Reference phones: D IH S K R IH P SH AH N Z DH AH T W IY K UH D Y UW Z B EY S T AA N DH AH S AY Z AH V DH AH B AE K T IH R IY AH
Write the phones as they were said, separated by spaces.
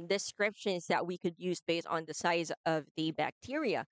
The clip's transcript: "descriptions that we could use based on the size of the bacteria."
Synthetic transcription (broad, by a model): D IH S K R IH P SH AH N Z DH AH T W IY K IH D Y UW Z B EY S T N DH AH S AY Z AH V DH AH B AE K T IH R IY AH